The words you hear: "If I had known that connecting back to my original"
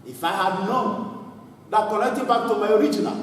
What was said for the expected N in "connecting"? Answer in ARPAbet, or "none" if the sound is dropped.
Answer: L